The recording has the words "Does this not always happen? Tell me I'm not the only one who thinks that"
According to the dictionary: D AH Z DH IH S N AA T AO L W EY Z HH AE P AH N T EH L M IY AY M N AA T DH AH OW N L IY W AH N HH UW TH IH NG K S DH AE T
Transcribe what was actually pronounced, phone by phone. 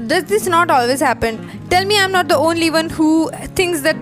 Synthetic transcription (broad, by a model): D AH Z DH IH S N AA T AO L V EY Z HH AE P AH N T EH L M IY AY M N AA T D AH OW N L IY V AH N HH UW T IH NG K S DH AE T